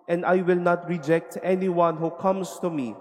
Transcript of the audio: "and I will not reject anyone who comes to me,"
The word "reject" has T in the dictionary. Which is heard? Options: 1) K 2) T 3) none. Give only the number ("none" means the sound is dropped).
2